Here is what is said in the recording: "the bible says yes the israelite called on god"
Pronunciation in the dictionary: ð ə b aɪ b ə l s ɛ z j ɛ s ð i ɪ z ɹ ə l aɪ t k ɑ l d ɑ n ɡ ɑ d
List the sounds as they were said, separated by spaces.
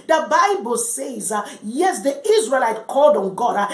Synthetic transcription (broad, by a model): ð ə b aɪ b ə l s ɛ z j ɛ s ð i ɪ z ɹ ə l aɪ t k ɑ l d ɑ n ɡ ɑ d